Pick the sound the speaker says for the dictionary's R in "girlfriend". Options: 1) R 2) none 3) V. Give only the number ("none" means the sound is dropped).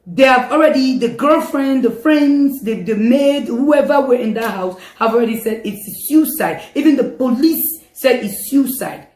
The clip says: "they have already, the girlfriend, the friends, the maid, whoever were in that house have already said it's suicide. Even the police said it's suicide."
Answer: 1